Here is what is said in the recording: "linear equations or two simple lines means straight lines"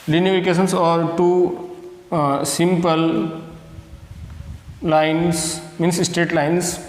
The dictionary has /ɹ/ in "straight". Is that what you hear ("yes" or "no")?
no